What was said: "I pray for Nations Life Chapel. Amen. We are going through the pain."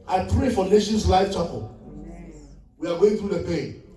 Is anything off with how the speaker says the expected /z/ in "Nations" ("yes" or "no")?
yes